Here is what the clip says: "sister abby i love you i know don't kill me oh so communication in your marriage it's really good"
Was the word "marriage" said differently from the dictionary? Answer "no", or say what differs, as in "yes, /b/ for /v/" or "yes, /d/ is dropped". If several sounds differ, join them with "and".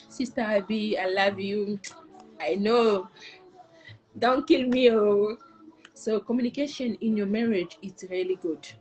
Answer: no